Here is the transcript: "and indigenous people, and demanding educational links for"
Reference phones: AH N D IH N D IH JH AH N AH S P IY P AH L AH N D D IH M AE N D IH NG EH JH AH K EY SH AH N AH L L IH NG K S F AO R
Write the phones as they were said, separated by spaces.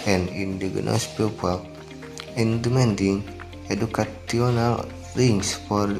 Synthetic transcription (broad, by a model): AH N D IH N D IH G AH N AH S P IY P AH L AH N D D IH M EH N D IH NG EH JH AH K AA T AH N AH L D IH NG S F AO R